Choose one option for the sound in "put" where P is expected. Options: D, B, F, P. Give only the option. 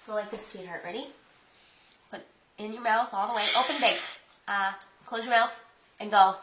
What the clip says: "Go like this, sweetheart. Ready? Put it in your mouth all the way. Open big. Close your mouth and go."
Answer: B